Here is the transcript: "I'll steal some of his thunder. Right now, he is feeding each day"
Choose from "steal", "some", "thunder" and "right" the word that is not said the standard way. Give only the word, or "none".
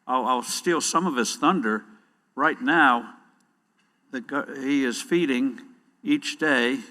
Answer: none